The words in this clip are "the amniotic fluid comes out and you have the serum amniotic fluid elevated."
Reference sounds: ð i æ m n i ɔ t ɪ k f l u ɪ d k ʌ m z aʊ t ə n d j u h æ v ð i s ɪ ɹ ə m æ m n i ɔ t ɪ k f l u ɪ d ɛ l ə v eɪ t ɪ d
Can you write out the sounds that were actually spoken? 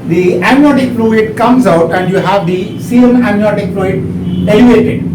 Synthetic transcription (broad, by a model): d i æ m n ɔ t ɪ k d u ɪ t k ʌ m z aʊ t ə n d j u h æ v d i s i ə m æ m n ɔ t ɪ k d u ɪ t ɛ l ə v eɪ t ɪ d